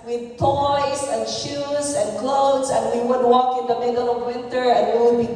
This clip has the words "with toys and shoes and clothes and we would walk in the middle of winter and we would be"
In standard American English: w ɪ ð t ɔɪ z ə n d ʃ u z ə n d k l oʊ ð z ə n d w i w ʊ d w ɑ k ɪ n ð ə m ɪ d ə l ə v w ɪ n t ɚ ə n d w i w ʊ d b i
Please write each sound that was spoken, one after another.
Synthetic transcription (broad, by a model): w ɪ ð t ɔɪ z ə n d ʃ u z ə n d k l oʊ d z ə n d w i w ʊ d w ɑ k ɪ n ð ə m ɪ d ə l ə v w ɪ n t ɚ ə n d w i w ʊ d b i